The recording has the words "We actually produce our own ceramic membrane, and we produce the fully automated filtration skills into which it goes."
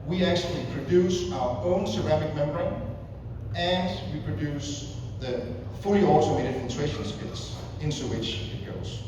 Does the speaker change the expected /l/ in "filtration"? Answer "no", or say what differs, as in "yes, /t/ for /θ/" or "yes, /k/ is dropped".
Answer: yes, /n/ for /l/